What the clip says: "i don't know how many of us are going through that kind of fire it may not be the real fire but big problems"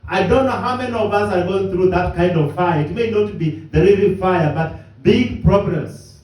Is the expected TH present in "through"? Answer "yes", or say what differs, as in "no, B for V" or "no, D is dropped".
yes